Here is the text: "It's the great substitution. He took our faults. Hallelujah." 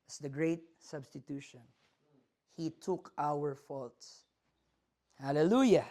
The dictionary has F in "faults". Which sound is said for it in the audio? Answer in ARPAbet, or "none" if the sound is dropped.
F